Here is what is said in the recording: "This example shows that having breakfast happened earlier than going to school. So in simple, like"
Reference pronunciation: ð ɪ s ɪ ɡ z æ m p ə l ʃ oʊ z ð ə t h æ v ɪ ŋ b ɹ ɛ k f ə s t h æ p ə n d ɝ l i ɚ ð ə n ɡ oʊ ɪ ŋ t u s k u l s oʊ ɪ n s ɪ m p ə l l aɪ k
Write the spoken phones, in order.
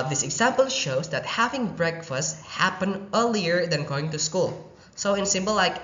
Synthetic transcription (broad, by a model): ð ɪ s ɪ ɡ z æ m p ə l ʃ oʊ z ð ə t h æ v ɪ ŋ b ɹ ɛ k f ə s t h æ p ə n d ɝ l i ɚ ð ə n ɡ oʊ ɪ ŋ t u s k u l s oʊ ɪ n s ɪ m b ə l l aɪ k